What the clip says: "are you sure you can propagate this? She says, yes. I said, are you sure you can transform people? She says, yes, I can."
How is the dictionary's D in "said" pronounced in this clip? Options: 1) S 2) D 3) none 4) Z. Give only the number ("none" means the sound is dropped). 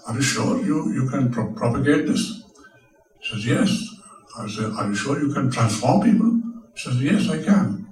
3